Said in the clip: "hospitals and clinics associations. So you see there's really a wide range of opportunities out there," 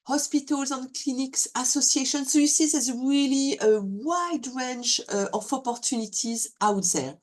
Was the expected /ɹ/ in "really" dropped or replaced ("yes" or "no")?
no